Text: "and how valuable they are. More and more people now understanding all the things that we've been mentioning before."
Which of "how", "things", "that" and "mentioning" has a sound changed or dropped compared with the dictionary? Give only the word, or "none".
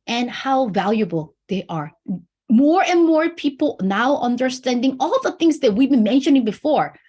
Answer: none